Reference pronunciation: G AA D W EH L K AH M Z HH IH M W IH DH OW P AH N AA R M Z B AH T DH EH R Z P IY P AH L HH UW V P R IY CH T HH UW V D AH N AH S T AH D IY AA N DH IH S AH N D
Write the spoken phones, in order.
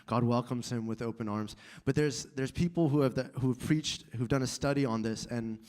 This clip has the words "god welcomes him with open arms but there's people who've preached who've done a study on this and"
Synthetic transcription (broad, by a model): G AA D W EH L K AH M Z HH IH M W IH DH OW P AH N AA R M Z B AH T DH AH R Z P IY P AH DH HH UW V P R IY CH T HH UW V D AH N AH S T AH D IY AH N DH IH S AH N